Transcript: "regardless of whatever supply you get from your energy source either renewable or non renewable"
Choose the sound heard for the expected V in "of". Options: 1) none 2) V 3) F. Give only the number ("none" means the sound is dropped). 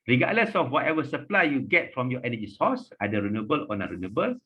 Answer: 3